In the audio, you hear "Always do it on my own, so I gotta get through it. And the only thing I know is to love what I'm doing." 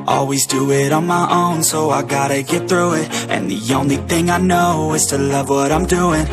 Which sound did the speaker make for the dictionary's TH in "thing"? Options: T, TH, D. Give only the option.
TH